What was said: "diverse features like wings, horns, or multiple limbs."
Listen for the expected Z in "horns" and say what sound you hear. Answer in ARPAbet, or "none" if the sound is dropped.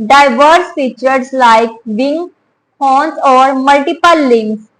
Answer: S